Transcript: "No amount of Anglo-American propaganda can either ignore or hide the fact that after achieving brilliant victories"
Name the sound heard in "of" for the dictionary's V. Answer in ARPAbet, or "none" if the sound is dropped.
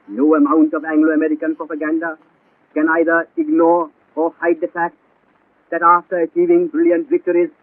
V